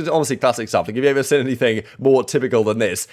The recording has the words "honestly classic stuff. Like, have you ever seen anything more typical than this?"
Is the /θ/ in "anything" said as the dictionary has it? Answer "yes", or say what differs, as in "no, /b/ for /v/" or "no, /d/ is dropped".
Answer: yes